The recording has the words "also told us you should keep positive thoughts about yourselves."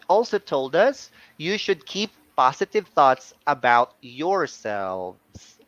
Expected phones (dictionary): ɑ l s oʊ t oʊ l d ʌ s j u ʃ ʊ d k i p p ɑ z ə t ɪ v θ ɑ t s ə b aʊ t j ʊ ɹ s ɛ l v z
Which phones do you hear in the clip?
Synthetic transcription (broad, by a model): ɑ l s oʊ t oʊ l d ʌ s j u ʃ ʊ d k i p p ɑ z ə t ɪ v θ ɑ t s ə b aʊ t j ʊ ɹ s ɛ l v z